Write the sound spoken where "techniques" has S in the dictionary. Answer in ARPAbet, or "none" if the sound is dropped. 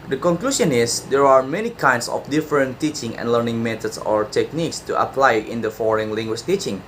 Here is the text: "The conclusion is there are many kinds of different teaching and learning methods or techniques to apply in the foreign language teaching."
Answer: S